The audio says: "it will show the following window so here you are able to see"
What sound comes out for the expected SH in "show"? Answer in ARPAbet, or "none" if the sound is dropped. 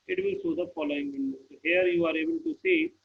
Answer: S